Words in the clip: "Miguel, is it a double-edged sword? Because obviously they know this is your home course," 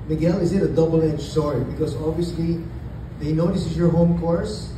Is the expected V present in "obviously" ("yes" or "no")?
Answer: yes